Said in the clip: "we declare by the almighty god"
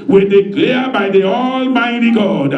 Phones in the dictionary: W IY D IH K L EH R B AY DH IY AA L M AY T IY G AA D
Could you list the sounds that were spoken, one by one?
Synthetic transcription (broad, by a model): W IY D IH K L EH B AY DH IY AA L M AY T IY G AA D